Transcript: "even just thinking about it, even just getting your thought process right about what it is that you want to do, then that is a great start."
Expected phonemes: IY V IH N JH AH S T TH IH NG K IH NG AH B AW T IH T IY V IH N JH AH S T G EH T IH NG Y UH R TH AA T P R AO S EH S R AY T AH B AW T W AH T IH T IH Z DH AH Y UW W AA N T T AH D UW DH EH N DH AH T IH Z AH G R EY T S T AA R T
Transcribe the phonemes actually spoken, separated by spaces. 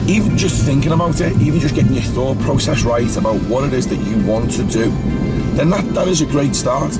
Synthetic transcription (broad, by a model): IY V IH N JH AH S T TH IH NG K IH NG AH B AW T IH T IY V IH N JH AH S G EH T IH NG Y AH TH AA T P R AO S EH S R AY T AH B AW T W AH T IH T IH Z DH AH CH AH W AA N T T AH D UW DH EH N DH AH T IH Z AH G R EY T S T AA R T